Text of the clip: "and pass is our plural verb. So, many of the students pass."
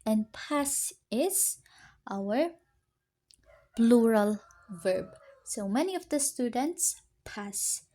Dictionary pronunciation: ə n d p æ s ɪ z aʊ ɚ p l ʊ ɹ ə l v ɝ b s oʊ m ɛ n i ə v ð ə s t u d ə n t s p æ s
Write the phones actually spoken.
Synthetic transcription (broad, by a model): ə n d p æ s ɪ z aʊ ɚ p l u ɹ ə l v ɝ b s oʊ m ɛ n i ə v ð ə s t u d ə n t s p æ s